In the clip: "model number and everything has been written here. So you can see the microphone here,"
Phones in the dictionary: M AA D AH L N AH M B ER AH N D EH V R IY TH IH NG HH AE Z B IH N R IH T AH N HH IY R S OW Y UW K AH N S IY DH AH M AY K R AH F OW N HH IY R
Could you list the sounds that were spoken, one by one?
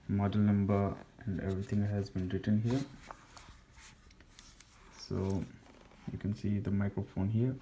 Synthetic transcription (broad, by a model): M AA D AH L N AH M B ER AH N D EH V R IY T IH NG HH AE Z B IH N R IH T AH N HH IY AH S OW Y UW K AH N S IY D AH M AY K R AH F OW N HH IY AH